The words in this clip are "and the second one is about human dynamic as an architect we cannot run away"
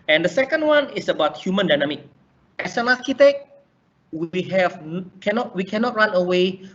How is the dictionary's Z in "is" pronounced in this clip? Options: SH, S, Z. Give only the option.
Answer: S